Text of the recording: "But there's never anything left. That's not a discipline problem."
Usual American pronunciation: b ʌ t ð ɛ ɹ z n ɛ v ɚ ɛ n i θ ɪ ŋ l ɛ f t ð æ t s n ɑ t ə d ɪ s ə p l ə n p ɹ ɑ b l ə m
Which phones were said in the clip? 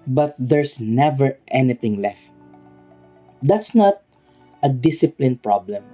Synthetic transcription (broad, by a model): b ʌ t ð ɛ ɹ s n ɛ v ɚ ɛ n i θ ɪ ŋ l ɛ f t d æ t s n ɑ t ə d ɪ s ə p l ə n p ɹ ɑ b l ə m